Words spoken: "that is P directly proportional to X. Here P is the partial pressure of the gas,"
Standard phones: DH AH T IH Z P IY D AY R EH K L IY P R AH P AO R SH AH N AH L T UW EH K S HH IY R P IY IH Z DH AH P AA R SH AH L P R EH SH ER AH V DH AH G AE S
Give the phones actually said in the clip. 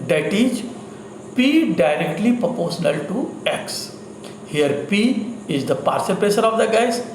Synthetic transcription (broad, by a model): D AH T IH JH P IY D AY R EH K L IY P R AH P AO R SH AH N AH L T UW EH K S HH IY R P IY IH Z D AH P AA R S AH P EH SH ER AH V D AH G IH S